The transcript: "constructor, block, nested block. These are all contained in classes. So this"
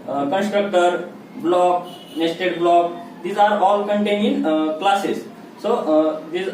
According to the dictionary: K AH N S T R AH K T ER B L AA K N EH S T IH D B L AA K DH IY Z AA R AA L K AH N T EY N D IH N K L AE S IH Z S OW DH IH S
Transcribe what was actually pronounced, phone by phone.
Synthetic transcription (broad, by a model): K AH N S T R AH K T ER B L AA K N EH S T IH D B L AA K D IY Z AA R AA L K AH N T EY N IH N K L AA S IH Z S OW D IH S